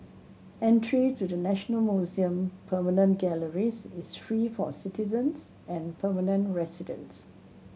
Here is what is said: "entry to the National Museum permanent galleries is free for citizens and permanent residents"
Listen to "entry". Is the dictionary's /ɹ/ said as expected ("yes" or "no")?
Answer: yes